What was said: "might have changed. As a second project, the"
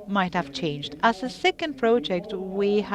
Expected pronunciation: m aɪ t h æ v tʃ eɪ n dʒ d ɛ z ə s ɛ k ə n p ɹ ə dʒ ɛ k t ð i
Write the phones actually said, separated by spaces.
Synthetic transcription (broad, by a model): m aɪ t h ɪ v tʃ eɪ n dʒ d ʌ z ə s ɛ k ə n p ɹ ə dʒ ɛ k t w i